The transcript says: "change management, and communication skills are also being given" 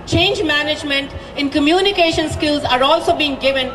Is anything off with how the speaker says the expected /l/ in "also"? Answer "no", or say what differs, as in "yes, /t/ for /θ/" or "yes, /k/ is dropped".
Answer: no